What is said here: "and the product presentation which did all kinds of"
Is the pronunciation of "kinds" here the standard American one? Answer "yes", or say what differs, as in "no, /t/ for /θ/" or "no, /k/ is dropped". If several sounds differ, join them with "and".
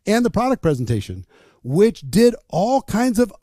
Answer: yes